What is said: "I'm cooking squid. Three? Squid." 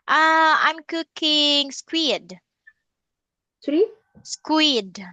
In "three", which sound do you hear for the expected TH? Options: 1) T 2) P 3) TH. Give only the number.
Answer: 1